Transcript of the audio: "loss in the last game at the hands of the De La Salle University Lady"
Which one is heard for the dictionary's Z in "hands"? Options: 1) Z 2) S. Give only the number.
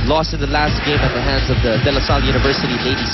1